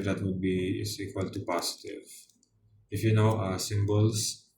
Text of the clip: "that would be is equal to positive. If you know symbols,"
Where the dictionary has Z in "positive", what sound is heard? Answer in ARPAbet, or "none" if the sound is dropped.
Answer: S